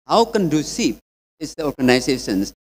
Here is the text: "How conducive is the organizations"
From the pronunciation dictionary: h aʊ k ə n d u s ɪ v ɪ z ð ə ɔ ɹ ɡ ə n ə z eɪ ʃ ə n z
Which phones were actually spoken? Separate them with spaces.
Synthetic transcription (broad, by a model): h aʊ k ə n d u s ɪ p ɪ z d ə ɔ ɹ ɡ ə n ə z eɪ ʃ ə n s